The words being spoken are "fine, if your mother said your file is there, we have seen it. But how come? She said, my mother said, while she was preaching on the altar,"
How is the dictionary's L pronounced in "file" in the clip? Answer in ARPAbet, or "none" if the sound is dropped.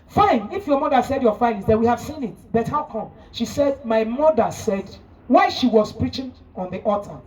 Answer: N